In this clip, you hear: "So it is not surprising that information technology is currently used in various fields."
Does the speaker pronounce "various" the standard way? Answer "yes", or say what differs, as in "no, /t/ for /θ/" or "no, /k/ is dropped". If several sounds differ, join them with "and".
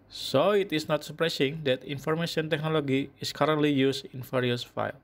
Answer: no, /f/ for /v/